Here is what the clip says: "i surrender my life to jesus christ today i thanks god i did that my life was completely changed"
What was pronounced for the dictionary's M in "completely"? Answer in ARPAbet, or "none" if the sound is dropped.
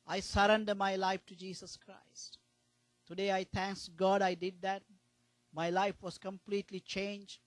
M